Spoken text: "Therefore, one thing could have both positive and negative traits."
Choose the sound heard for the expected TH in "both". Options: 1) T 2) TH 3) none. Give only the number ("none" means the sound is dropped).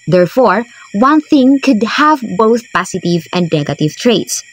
2